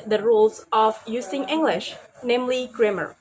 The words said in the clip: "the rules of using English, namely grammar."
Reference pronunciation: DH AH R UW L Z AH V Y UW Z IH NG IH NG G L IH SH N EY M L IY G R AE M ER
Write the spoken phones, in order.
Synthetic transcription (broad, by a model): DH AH R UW L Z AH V Y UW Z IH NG IH NG G L IH SH N EY M L IY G R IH M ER